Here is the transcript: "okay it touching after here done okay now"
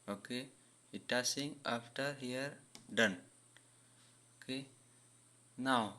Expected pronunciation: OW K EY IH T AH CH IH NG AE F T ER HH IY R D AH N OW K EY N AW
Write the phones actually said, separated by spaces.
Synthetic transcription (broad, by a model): OW K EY IH T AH S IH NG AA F T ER HH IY R D AH N OW K EY N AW